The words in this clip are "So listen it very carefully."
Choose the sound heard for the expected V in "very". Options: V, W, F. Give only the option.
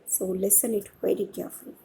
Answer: W